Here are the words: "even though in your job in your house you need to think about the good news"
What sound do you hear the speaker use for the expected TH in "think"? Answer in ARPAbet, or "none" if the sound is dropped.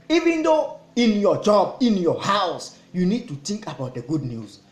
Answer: T